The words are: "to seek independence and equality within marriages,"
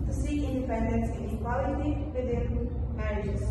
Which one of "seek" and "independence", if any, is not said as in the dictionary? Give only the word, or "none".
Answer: seek